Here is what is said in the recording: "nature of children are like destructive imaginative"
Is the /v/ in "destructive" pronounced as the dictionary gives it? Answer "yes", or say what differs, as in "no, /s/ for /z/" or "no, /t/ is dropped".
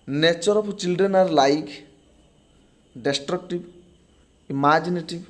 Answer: no, /b/ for /v/